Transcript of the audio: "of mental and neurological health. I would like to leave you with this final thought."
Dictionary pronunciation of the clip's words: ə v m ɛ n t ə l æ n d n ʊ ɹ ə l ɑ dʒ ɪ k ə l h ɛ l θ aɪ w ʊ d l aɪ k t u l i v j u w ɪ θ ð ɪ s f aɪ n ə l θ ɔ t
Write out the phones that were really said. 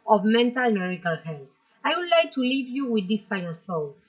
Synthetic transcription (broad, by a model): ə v m ɛ n t ə l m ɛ ɹ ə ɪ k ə l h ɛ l s aɪ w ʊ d l aɪ k t u l i v j u w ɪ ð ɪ s f aɪ n ə l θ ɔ